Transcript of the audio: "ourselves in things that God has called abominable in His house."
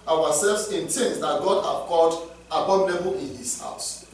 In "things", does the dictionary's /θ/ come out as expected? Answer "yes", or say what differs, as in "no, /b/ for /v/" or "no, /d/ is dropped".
no, /t/ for /θ/